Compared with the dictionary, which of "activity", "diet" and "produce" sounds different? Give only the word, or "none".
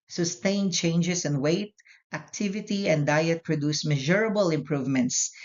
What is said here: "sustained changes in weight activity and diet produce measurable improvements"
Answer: none